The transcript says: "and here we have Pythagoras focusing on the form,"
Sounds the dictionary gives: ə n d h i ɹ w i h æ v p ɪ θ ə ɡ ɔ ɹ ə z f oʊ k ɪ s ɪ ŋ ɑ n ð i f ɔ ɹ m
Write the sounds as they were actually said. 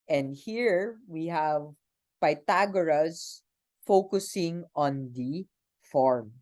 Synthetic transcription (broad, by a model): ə n d h i ɹ w i h æ v p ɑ t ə ɡ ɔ ɹ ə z f oʊ k ɪ s ɪ ŋ ɑ n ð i f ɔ ɹ m